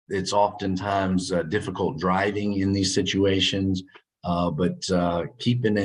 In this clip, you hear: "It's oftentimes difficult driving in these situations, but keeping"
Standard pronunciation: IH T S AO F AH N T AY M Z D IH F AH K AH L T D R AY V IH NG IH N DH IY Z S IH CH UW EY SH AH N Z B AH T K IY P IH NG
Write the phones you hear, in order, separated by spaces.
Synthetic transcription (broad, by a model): IH T S AO F AH N T AY M Z D IH F AH K AH L T D R AY V IH NG IH N DH IY Z S IH CH UW EY SH AH N Z B AH T K IY P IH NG